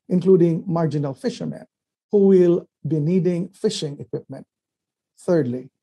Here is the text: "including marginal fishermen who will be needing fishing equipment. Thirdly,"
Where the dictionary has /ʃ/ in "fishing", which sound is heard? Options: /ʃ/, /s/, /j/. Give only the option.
/ʃ/